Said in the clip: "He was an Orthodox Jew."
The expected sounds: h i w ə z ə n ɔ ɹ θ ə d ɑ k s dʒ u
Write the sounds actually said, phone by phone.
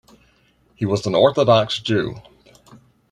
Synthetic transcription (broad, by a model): h i w ə z ə n ɔ ɹ θ ə d ɑ k s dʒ u